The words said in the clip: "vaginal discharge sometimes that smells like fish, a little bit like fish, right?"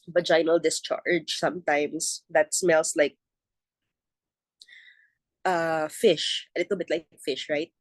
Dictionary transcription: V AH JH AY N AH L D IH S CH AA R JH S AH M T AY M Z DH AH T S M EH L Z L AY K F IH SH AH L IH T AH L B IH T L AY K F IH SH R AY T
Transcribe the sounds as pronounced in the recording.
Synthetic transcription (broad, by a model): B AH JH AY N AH L D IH S CH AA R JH S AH M T AY M S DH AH T S M EH L S L AY K F IH SH AH L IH T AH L B IH T L AY K F IH SH R AY T